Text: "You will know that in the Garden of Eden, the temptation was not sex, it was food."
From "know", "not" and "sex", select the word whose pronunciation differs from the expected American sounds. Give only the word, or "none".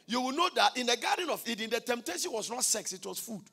none